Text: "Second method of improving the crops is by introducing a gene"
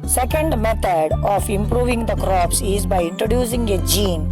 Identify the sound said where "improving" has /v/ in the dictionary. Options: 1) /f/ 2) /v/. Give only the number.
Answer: 2